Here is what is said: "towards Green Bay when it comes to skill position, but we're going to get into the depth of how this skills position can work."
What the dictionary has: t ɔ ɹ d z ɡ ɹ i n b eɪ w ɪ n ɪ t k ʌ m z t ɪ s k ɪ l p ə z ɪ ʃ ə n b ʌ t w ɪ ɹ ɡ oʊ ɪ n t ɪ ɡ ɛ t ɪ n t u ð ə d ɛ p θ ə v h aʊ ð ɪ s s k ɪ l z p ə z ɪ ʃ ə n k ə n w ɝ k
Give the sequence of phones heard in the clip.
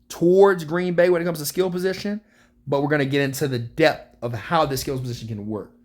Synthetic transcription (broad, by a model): t ɔ ɹ d z ɡ ɹ i n b eɪ w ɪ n ɪ t k ʌ m z t ɪ s k ɪ l p ə z ɪ ʃ ə n b ʌ t w ɪ ɹ ɡ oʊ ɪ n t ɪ ɡ ɛ t ɪ n t u ð ə d ɛ p θ ə v h aʊ ð ɪ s s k ɪ l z p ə z ɪ ʃ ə n k ə n w ɝ k